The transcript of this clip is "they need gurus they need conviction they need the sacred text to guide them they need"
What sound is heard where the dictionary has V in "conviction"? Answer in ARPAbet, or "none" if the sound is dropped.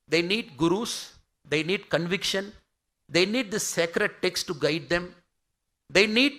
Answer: V